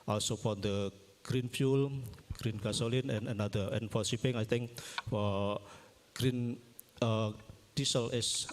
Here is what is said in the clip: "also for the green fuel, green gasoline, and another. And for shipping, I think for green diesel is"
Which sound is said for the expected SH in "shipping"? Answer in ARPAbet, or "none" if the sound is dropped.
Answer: S